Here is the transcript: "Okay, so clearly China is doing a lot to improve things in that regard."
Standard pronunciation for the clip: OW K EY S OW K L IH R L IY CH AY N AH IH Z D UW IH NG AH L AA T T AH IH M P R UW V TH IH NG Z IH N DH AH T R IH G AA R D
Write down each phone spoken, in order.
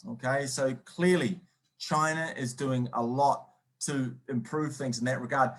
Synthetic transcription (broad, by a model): OW K EY S OW K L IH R L IY CH AY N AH IH Z D UW IH NG AH L AA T T AH IH M P R UW V TH IH NG Z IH N DH AH T R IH G AA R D